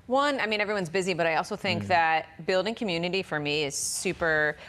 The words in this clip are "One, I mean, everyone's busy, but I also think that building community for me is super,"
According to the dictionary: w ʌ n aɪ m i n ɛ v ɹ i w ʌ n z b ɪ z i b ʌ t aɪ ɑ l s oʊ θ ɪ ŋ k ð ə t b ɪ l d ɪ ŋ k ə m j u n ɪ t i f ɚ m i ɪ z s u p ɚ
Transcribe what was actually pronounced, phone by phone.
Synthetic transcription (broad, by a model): w ʌ n aɪ m i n ɛ v ɹ i w ʌ n z b ɪ z i b ʌ t aɪ ɑ l s oʊ θ ɪ ŋ k ð ə t b ɪ l d ɪ ŋ k ə m j u n ɪ t i f ɚ m i ɪ z s u p ɚ